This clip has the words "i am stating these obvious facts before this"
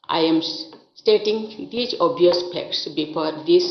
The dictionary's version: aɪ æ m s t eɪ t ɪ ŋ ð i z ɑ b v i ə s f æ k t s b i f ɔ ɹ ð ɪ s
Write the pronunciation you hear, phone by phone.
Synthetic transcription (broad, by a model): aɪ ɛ m s t eɪ t ɪ ŋ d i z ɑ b i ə s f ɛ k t s b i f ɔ ɹ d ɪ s